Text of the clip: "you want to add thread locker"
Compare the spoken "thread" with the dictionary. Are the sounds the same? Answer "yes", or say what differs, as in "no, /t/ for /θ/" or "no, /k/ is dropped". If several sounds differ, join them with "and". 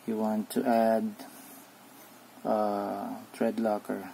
no, /t/ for /θ/